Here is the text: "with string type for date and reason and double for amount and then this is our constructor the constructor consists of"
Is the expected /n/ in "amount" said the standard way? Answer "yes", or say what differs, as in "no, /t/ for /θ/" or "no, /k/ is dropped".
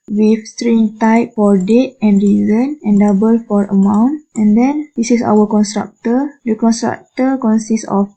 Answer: yes